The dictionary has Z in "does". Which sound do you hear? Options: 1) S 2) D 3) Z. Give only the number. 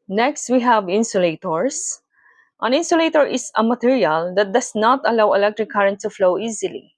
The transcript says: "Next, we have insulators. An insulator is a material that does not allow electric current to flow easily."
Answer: 1